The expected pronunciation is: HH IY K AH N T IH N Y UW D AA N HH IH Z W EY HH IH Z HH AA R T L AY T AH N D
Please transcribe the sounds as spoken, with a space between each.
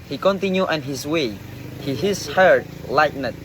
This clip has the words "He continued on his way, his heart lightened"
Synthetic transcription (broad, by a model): HH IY K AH N T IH N Y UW AA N HH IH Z W EY HH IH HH HH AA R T L AY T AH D